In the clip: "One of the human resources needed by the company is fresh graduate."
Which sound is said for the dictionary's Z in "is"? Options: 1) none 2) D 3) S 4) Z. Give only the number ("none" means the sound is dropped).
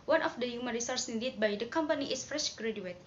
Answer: 3